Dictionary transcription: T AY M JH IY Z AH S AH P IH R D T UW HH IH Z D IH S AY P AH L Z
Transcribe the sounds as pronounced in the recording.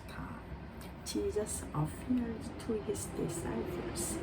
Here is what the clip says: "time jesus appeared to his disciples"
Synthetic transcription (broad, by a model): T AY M JH IY Z AH S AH F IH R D T UW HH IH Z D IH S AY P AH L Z